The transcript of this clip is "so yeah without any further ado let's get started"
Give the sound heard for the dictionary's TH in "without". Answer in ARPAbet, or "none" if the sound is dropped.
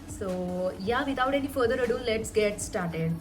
T